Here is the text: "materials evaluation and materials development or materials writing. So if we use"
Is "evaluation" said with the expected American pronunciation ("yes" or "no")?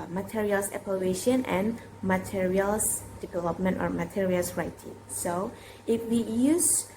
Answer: no